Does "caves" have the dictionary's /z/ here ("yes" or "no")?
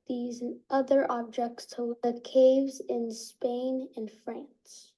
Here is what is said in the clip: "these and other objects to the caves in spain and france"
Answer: yes